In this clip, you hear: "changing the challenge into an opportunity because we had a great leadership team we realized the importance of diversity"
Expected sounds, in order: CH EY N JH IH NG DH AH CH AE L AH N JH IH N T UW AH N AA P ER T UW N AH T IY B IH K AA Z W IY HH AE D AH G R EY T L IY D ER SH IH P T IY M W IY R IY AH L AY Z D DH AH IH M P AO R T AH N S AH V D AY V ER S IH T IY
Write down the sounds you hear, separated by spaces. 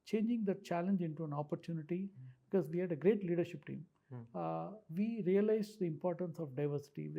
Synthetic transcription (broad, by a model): CH EY N JH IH NG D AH CH AE L AH N JH IH N T UW AH N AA P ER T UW N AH T IY B IH K AA Z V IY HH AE D AH G R EY T L IY D ER SH IH P T IY M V IY R IY AH L AY Z D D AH IH M P AO R T AH N S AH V D AY V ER S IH T IY